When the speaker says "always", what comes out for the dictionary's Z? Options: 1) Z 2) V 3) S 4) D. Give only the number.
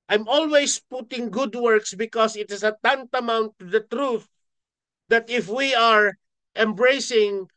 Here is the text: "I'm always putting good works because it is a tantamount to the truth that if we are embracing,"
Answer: 3